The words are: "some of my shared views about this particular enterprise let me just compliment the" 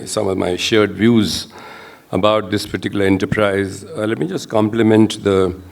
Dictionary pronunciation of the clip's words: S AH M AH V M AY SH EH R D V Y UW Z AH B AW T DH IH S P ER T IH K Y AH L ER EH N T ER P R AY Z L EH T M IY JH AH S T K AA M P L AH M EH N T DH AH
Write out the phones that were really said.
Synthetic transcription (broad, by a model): S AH M AH V M AY SH EH R D V Y UW Z AH B AW T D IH S P ER T IH K Y AH L ER EH N T ER P R AY Z L EH T M IY JH AH S T K AA M P L AH M EH N T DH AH